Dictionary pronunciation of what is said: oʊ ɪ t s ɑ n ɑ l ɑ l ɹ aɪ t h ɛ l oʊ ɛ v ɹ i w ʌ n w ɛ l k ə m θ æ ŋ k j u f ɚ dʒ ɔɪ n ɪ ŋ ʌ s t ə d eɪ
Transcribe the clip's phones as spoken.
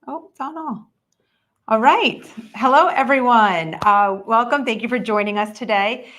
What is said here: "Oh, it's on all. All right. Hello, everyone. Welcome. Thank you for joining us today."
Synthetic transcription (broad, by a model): oʊ ɪ t s ɑ n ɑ l ɑ l ɹ aɪ t h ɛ l oʊ ɛ v ɹ i w ʌ n w ɛ l k ə m θ æ ŋ k j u f ɚ dʒ ɔɪ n ɪ ŋ ʌ s t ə d eɪ